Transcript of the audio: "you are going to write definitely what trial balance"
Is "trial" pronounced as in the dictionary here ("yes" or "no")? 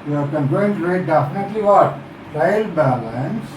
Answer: no